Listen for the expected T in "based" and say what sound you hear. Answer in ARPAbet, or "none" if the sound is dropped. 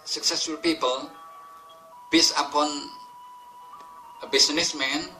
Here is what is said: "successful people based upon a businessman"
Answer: none